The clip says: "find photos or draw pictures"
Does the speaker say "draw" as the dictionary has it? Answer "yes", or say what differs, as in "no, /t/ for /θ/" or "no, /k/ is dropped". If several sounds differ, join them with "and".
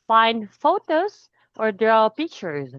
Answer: yes